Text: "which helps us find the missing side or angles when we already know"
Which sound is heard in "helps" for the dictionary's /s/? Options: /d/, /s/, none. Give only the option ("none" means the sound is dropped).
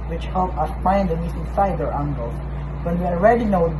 none